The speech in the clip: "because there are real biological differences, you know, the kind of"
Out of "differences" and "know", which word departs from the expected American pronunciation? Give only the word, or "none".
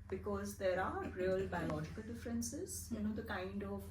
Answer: none